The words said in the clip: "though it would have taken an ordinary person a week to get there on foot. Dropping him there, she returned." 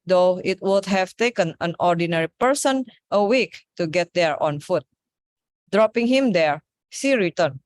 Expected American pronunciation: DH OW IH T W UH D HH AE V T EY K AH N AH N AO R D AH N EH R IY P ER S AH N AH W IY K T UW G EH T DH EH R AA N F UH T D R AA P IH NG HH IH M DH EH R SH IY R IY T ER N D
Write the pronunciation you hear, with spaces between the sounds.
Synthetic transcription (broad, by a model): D OW IH T W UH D HH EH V T EY K AH N AH N AO R D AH N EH R IY P ER S AH N AH W IY K T UW G EH T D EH R AA N F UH T D R AA P IH NG HH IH M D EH R S IY R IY T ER N